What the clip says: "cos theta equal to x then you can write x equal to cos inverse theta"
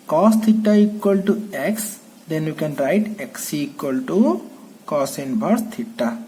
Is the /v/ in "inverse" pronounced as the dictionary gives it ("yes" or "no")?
no